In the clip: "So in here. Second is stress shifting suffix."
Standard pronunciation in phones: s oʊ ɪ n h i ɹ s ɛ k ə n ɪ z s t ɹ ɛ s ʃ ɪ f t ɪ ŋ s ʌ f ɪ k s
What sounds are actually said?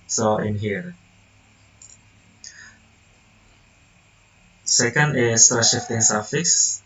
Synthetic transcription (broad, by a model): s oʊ ɪ n h i ɹ s ɛ k ə n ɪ s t ɑ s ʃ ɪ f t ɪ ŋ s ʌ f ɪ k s